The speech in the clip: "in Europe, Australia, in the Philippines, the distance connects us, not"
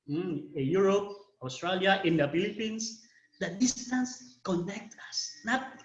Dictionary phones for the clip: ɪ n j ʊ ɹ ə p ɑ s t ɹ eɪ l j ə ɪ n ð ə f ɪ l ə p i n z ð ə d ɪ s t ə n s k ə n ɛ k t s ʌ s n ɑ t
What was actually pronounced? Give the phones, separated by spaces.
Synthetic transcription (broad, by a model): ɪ j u ɹ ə p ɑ s t ɹ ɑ l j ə ɪ n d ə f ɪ l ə p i n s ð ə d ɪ s t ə n s k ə n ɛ k t ʌ s n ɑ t